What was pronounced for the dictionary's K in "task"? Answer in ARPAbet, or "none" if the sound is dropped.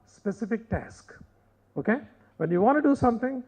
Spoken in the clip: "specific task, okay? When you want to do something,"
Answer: K